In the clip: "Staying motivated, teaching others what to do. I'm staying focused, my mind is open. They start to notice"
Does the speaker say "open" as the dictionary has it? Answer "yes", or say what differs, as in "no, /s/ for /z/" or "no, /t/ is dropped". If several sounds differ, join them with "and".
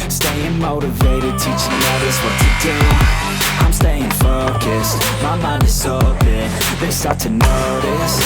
no, /b/ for /p/